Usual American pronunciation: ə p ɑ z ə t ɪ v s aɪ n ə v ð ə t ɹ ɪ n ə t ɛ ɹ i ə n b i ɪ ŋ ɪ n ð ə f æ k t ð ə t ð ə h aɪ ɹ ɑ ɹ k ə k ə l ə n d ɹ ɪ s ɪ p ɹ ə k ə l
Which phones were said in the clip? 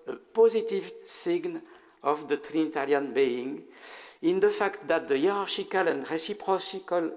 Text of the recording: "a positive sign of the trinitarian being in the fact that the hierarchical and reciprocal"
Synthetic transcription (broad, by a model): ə p ɑ z ə t ɪ v s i n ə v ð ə t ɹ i n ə t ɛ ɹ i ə n b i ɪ ŋ ɪ n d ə f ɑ k t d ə t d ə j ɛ ɹ ɑ ɹ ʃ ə k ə l ə n d ɹ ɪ s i p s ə k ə l